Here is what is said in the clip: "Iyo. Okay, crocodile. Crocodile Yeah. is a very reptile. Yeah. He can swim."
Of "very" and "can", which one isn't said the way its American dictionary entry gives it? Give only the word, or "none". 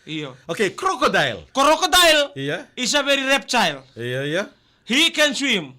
very